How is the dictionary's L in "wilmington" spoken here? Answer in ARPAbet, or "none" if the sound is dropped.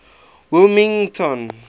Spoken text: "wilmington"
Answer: none